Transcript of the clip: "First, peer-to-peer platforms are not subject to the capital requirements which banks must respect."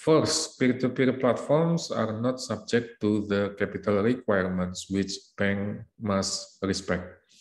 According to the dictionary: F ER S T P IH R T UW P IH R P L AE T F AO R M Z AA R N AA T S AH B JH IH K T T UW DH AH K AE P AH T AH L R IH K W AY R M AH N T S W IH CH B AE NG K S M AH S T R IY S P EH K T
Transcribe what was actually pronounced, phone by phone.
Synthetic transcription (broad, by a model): F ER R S P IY R T UW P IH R P L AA T F AO R M S AA R N AA T S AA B JH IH K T T UW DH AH K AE P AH T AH L R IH K W AY R M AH N T S W IH CH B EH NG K M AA S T R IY S P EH K T